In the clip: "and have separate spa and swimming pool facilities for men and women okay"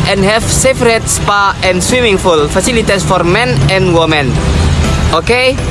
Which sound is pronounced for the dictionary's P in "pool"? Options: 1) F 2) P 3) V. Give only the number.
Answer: 1